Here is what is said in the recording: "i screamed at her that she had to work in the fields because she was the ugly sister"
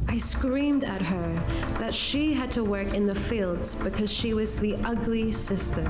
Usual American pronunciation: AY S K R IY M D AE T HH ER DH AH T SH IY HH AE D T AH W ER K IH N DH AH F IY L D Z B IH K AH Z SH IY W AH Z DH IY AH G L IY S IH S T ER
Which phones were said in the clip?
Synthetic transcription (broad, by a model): AY S K R IY M D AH T HH ER DH AH T SH IY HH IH D T AH W ER K IH N DH AH F IY L D Z B IH K AH Z SH IY W AH Z DH IY AH G L IY S IH S T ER